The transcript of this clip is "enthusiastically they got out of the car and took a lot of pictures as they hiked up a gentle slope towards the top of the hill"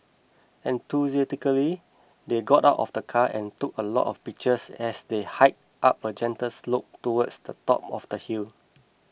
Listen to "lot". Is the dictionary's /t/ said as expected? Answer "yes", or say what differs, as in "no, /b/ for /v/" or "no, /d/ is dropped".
yes